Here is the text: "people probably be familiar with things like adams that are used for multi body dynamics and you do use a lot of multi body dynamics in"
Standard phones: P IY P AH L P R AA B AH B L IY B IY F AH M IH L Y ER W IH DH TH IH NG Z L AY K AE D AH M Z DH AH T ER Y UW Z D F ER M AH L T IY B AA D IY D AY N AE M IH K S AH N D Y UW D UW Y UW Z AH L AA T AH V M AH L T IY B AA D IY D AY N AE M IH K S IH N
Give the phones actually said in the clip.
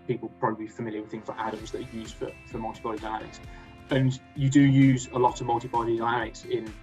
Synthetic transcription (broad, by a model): P IY P AH L P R AA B AH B L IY IY F AH M IH L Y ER W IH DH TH IH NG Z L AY AA D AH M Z DH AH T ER Y UW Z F F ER M AH L T IY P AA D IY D AY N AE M IH K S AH N Y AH D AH Y UW Z AH L AA T AH V M AH L T IY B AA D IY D AY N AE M IH K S IH N